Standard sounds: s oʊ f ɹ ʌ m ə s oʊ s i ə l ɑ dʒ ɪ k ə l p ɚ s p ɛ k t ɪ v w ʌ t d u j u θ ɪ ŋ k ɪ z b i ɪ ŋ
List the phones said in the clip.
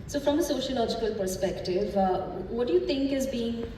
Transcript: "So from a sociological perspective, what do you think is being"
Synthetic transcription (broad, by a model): s oʊ f ɹ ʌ m ə s oʊ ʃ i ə l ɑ dʒ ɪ k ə l p ɚ s p ɛ k t ɪ v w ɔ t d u j u t ɪ ŋ k ɪ z b i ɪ ŋ